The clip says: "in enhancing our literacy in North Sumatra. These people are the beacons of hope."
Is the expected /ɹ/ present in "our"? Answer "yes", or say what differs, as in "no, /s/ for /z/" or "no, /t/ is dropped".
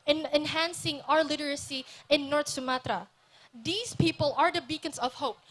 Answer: yes